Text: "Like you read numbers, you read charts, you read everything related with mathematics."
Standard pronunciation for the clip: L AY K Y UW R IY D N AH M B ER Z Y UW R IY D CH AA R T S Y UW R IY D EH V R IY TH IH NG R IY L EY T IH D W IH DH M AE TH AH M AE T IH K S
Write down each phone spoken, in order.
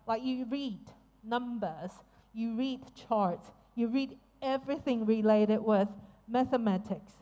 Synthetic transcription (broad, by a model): L AY K Y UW R IY D N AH M B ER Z Y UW R IY D CH AA R T S Y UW R IY D EH V R IY TH IH NG R IY L EY T IH D W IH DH M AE TH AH M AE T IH K S